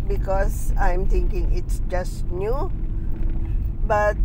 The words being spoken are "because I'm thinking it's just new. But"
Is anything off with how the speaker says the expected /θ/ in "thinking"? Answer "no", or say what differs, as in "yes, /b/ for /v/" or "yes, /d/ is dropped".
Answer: yes, /t/ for /θ/